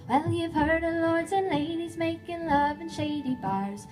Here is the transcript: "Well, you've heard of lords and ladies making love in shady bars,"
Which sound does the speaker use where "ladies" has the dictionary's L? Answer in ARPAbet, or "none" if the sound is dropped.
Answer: L